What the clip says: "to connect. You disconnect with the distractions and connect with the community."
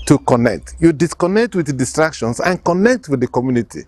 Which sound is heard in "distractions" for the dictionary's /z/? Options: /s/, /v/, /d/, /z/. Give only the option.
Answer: /s/